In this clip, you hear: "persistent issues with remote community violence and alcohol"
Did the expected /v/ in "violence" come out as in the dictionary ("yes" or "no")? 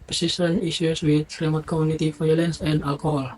no